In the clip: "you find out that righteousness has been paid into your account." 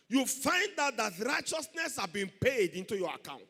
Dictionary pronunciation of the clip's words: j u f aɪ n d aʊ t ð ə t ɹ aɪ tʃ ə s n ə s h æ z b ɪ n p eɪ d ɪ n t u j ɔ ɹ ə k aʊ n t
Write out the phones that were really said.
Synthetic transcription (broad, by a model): j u f aɪ n d aʊ t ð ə t ɹ aɪ tʃ ə s n ə s h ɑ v b ɪ n p eɪ d ɪ n t u j ɔ ɹ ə k aʊ n t